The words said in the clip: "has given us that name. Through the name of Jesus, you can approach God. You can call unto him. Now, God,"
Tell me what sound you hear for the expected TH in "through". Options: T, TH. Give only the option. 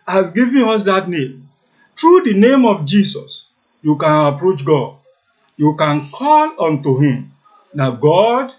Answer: T